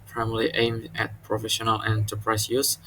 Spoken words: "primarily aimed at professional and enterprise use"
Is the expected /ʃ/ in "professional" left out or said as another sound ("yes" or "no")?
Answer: no